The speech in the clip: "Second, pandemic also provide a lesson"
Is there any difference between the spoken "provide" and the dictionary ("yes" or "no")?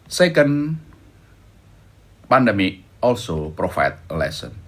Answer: yes